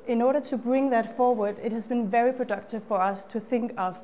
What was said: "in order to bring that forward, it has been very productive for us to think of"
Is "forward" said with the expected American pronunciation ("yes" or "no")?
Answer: yes